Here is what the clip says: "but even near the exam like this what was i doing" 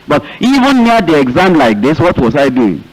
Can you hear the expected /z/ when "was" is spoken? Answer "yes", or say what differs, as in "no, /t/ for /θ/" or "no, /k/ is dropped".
no, /s/ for /z/